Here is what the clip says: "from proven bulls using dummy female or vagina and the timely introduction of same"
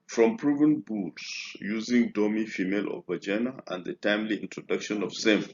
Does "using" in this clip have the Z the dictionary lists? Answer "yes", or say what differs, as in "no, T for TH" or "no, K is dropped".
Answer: yes